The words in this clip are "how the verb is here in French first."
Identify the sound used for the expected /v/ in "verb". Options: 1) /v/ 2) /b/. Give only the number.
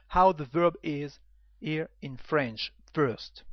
1